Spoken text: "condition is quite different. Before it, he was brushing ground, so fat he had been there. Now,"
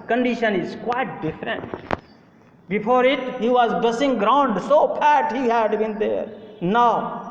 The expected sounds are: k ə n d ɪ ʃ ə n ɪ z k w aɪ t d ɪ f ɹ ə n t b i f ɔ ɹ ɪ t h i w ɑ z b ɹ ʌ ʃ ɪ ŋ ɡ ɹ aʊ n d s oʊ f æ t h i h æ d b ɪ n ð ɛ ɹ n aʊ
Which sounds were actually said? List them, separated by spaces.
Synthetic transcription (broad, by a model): k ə n d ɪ ʃ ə n ɪ z k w aɪ t d ɪ f ɹ ə n t b i f ɔ ɹ ɪ t h i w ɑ z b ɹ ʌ s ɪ ŋ ɡ ɹ aʊ n d s oʊ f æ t h i h æ d b ɪ n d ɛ ɹ n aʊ